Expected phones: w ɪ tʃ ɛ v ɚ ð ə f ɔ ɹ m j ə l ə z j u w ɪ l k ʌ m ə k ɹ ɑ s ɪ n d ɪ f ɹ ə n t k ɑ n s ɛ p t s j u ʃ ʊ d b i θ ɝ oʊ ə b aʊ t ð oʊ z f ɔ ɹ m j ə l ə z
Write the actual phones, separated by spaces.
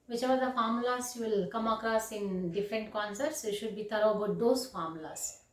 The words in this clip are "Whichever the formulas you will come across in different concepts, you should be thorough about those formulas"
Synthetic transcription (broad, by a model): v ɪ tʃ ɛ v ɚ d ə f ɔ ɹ m l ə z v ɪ l k ʌ m ə k ɹ ɑ s ɪ n d ɪ f ɹ ə n t k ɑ n s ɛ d t s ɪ ʃ ʊ d b i t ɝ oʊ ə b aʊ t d oʊ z f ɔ ɹ m l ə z